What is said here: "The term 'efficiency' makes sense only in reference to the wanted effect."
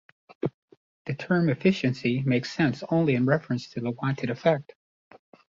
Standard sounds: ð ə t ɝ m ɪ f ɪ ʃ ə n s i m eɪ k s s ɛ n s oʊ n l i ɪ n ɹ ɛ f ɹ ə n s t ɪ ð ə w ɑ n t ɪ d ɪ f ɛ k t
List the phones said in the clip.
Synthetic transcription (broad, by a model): ð ə t ɝ m ɪ f ɪ ʃ ə n s i m eɪ k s s ɛ n s oʊ n l i ɪ n ɹ ɛ f ɹ ə n s t ɪ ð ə w ɑ n t ɪ d ɪ f ɛ k t